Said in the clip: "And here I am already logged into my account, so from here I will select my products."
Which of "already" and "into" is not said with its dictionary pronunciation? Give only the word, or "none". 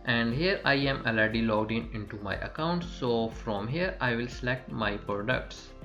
already